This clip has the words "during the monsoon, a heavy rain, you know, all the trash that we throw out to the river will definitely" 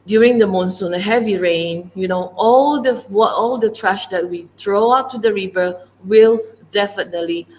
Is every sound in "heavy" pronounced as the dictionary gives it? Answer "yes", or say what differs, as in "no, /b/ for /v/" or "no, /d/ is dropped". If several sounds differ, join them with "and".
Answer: yes